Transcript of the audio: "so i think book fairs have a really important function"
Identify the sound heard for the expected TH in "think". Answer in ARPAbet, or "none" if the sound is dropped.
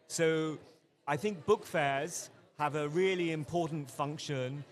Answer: TH